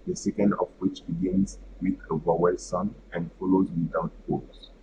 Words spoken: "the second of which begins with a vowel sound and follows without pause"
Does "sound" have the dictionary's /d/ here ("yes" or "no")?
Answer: no